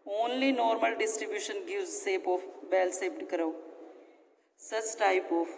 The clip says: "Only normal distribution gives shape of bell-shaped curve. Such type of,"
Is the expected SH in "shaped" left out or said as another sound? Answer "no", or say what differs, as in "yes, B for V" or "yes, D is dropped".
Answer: yes, S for SH